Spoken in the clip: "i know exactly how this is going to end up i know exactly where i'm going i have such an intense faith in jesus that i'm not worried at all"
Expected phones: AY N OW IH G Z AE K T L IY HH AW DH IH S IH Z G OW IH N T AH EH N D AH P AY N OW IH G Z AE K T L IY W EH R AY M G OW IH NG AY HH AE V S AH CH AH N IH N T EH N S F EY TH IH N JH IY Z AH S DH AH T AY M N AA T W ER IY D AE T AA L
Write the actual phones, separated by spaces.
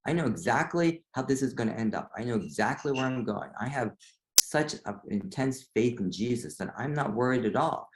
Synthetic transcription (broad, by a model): AY N OW IH G Z AE K T L IY HH AW DH IH S IH Z G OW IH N T EH N D AH P AY N OW IH G Z AE K T L IY W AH R AY M G OW IH NG AY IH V S AH CH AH IH N T EH N S F EY TH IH N JH IY Z AH S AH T AY M N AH T W ER IY D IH T AA L